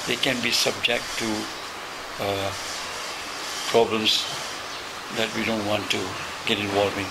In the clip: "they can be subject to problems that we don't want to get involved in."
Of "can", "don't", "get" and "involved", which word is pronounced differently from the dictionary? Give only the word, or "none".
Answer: involved